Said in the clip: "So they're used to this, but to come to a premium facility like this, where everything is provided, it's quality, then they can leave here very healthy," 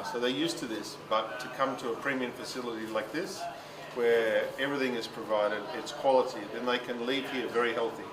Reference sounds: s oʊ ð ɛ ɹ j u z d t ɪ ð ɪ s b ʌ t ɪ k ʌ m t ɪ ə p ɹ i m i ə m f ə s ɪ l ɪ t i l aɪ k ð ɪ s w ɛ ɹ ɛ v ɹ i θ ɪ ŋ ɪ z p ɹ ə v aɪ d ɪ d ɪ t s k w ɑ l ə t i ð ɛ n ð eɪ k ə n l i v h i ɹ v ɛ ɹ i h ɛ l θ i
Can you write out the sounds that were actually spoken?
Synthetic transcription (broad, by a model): s oʊ ð ɛ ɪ j u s t ɪ ð ɪ s b ʌ t ɪ k ʌ m t ɪ ə p ɹ i m i ə m f ə s ɪ l ɪ t i l aɪ k ð ɪ s w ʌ ɹ ɛ v ɹ i θ ɪ ŋ ɪ z p ɹ ə v aɪ d ɪ d ɪ t s k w ɑ l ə t i ð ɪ n ð eɪ k ə n l i v h i ɹ v ɛ ɹ i h ɛ l θ i